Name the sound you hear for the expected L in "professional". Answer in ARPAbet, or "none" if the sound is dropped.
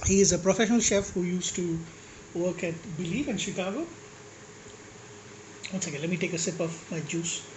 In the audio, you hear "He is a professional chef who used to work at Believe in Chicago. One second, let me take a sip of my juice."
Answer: L